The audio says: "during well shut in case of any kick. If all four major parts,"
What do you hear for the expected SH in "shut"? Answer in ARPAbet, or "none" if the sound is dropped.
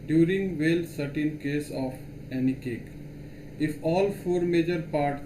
S